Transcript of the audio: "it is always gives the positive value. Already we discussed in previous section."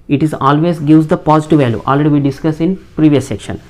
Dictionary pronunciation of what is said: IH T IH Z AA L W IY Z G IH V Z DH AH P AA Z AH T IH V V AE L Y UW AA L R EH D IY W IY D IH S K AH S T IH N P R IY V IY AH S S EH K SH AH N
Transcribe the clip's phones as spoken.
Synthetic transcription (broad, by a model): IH T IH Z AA L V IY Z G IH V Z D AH P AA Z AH T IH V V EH L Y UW AA L R EH D IY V IY D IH S K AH S IH N P R IY V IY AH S S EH K SH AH N